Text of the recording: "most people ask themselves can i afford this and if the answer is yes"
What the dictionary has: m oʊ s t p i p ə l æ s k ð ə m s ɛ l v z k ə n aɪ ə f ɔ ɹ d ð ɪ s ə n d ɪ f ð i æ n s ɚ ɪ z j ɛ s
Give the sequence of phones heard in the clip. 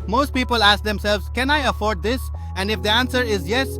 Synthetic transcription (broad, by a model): m oʊ s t p i p ə l æ s k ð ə m s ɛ l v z k ə n aɪ ə f ɔ ɹ d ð ɪ s ə n d ɪ f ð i æ n s ɚ ɪ z j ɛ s